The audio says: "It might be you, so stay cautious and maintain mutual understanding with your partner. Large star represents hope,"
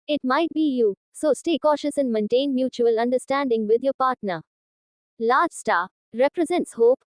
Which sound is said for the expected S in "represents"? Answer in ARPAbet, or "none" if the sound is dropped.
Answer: S